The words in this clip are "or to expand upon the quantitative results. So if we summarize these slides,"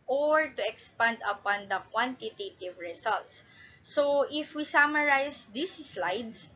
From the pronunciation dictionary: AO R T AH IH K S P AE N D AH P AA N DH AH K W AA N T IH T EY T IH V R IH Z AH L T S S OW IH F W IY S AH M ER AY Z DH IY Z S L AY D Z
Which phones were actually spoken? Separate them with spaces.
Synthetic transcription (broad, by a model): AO R T AH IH K S P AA N D AH P AA N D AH K W AA N T IH T EY T IH V R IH S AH L T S S OW IH F W IY S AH M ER AY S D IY S L AY D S